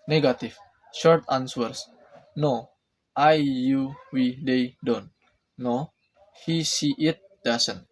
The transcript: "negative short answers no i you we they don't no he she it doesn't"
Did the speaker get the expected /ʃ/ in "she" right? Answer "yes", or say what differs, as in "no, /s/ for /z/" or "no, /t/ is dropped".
no, /s/ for /ʃ/